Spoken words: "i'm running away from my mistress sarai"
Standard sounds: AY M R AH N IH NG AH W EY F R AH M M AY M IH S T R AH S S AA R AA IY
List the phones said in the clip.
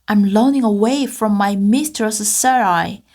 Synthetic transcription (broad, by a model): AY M L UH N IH NG AH W EY F R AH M M AY M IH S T R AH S S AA R AA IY